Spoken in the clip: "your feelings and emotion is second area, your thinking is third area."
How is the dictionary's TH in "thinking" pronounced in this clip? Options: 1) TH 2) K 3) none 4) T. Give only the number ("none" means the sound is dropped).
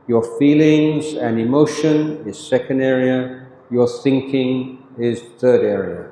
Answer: 1